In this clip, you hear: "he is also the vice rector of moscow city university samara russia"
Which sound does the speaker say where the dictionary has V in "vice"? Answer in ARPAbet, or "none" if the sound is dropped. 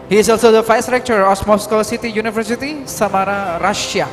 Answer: F